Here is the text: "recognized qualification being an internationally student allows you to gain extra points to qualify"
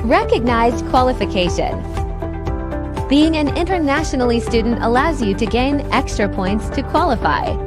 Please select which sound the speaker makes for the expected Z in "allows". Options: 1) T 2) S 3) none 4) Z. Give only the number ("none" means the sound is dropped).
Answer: 4